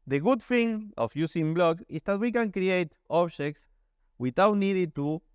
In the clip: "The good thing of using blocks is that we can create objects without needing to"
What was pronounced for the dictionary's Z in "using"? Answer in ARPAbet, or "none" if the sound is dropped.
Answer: S